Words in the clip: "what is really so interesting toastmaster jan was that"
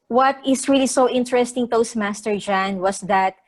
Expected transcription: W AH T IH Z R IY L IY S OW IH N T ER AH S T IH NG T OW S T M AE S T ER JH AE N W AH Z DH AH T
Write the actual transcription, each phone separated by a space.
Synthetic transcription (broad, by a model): W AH T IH S R IY L IY S OW IH N T ER AH S T IH NG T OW S M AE S T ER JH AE N W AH S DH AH T